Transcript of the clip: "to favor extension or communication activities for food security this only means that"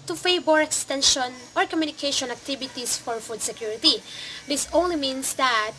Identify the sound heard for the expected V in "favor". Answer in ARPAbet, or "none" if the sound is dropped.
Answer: B